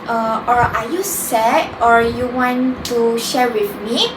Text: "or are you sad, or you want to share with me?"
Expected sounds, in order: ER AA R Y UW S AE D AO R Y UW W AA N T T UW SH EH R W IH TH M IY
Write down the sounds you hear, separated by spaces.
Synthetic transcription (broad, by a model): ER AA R Y UW S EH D AO R Y UW W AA N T T UW SH EH R W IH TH M IY